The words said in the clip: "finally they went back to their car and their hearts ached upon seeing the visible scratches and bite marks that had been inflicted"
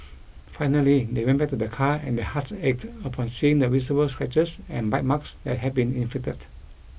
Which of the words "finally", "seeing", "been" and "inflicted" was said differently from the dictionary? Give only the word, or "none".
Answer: inflicted